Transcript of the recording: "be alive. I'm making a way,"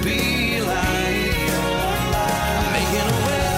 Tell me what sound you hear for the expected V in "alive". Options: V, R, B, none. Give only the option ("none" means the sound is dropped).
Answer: none